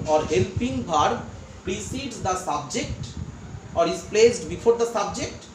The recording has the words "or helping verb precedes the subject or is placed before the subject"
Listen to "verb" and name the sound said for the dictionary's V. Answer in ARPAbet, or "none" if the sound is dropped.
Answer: B